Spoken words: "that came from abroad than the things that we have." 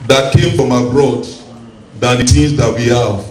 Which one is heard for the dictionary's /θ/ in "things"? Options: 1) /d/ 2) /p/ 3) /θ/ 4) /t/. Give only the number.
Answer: 4